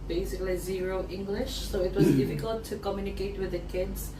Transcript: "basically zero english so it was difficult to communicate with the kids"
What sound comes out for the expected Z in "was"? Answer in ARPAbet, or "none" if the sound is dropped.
Z